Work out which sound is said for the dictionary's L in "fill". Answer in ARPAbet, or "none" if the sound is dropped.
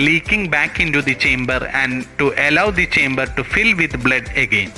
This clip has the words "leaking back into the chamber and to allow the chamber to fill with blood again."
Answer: L